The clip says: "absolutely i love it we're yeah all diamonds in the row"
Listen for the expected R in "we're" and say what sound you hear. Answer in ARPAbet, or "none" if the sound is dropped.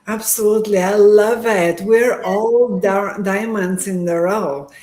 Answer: R